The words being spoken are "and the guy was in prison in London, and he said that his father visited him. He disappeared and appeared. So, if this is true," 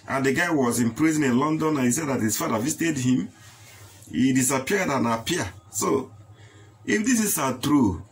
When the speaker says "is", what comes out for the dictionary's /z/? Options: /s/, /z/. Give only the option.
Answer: /s/